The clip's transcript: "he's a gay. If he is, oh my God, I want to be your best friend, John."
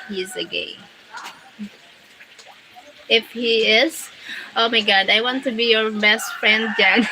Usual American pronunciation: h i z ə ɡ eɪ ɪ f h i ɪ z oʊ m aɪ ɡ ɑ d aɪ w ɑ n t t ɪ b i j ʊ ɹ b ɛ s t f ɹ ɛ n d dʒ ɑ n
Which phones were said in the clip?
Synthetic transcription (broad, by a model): h i z ə ɡ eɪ ɪ f h i ɪ z oʊ m aɪ ɡ ɑ d aɪ w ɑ n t t ɪ b i j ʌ ɹ b ɛ s t f ɹ ɛ n d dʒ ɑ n